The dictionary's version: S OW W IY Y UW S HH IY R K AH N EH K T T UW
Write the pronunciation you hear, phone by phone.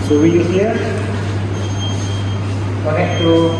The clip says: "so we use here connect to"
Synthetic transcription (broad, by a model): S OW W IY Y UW HH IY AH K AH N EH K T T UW